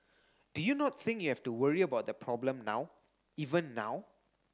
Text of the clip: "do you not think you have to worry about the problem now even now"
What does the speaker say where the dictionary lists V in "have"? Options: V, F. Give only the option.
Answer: F